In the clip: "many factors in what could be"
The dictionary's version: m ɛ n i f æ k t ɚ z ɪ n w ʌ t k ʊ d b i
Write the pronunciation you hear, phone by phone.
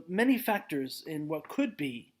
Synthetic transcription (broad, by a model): m ɛ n i f æ k t ɚ z ɪ n w ʌ t k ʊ d b i